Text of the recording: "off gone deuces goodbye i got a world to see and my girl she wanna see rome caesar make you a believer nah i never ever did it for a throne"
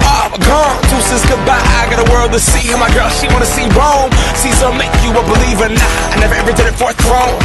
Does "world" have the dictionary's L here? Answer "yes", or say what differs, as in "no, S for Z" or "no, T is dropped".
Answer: yes